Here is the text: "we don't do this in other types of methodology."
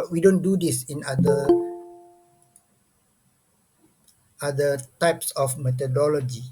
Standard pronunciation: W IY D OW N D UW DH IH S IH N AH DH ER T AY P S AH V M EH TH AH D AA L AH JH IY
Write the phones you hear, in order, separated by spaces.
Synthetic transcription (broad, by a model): W IY D OW N D UW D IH S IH N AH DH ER T AY P S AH F M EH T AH D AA L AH JH IY